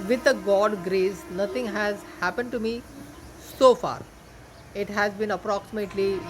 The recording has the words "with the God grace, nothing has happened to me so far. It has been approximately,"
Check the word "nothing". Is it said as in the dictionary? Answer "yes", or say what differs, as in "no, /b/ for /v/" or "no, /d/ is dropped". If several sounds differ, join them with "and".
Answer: no, /t/ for /θ/